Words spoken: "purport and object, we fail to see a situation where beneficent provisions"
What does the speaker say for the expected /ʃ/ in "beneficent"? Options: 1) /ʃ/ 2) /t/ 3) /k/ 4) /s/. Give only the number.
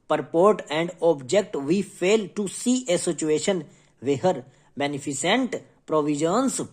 4